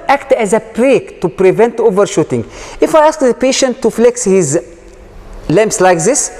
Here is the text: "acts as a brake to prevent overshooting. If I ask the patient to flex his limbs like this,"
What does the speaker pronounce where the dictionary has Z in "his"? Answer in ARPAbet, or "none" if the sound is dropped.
Z